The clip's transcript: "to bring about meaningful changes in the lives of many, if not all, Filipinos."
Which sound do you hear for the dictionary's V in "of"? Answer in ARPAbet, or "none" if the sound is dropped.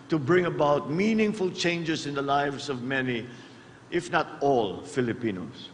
V